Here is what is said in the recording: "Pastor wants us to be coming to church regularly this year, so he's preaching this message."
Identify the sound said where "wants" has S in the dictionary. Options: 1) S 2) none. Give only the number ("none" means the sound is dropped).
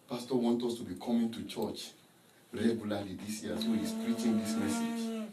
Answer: 2